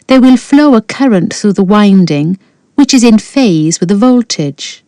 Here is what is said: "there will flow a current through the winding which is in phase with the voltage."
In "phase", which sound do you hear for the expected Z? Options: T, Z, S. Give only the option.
Z